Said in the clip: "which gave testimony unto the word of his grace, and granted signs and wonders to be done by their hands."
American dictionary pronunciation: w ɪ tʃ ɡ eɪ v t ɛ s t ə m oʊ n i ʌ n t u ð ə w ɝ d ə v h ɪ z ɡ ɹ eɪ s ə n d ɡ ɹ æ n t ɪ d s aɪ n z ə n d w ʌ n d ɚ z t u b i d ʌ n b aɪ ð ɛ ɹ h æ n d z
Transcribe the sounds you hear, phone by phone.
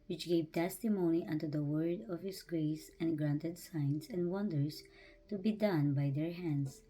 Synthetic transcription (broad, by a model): w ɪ tʃ ɡ eɪ v t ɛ s t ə m oʊ n i ʌ n t u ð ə w ɝ d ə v h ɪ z ɡ ɹ eɪ s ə n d ɡ ɹ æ n t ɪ d s aɪ n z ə n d w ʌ n d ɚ s t u b i d ʌ n b aɪ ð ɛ ɹ h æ n d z